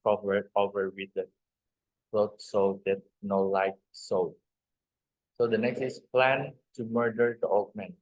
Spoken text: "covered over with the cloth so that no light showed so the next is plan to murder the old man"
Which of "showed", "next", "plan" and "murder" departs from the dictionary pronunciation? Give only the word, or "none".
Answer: showed